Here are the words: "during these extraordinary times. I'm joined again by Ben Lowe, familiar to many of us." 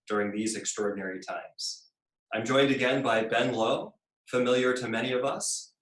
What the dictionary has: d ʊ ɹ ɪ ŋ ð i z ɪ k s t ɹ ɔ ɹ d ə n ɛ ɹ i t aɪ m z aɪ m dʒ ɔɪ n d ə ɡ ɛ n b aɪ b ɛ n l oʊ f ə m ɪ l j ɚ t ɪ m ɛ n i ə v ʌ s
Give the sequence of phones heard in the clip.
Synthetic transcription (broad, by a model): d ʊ ɹ ɪ ŋ ð i z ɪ k s t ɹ ɔ ɹ d n ɛ ɹ i t aɪ m z aɪ m dʒ ɔɪ n d ə ɡ ɛ n b aɪ b ɛ n l oʊ f ə m ɪ l j ɚ t ɪ m ɛ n i ə v ʌ s